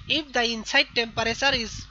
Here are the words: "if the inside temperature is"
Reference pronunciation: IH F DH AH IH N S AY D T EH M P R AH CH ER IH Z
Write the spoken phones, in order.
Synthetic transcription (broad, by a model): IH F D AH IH N S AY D T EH M P R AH S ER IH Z